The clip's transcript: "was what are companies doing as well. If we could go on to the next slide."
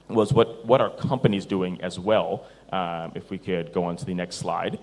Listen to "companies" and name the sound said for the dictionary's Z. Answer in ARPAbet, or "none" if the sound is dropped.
Z